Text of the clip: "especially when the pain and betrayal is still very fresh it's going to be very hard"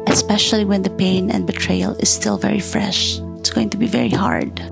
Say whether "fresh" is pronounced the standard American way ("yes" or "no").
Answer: yes